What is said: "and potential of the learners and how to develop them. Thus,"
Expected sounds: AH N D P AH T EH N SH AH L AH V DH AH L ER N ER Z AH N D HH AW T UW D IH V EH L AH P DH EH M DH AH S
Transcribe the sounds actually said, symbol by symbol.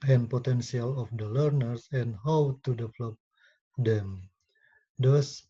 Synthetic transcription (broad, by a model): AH N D P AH T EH N S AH L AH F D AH L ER N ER S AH N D HH AW T UW D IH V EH L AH P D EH M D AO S